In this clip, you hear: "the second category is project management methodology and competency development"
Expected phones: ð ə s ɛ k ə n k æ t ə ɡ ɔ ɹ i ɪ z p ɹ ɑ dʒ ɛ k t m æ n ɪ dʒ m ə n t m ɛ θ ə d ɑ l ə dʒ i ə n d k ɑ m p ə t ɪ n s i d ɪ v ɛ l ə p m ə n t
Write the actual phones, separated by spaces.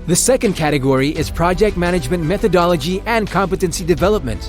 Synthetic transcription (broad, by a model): ð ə s ɛ k ə n k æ t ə ɡ ɔ ɹ i ɪ z p ɹ ɑ dʒ ɛ k t m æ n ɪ dʒ m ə n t m ɛ θ ə d ɑ l ə dʒ i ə n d k ɑ m p ə t ɪ n s i d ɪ v ɛ l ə p m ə n t